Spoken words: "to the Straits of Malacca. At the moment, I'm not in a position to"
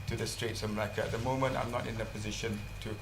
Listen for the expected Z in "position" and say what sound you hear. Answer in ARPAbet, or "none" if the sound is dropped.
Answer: Z